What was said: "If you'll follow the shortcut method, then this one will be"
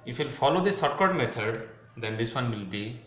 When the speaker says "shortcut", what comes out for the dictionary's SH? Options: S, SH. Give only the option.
S